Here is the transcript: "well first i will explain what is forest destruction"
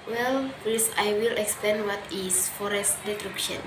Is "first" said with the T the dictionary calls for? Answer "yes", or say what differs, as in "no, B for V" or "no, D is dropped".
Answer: no, T is dropped